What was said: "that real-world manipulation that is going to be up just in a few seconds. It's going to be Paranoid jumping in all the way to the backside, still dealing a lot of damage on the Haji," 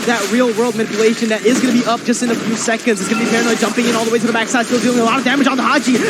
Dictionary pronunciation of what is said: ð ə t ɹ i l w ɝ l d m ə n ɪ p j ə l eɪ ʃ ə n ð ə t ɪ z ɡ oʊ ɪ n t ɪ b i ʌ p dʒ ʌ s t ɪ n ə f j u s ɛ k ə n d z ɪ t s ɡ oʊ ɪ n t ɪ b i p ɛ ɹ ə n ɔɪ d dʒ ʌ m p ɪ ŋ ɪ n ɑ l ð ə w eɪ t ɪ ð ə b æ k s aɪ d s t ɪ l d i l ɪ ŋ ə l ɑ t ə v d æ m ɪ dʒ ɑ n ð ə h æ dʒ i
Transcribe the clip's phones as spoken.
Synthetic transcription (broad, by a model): ð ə t ɹ i l w ɝ l d m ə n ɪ p j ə l eɪ ʃ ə n ð ə t ɪ z ɡ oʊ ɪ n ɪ b i ʌ p dʒ ʌ s t ɪ n ə f j u s ɛ k ə n d z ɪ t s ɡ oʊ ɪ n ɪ b i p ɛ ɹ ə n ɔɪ dʒ ʌ m p ɪ ŋ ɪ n ɑ l ð ə w eɪ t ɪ ð ə b æ k s aɪ d s t ɪ l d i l ɪ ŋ ə l ɑ t ə v d æ m ɪ dʒ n ð ə h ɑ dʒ i